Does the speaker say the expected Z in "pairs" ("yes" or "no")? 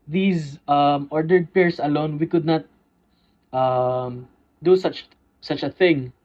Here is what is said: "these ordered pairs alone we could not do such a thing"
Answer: no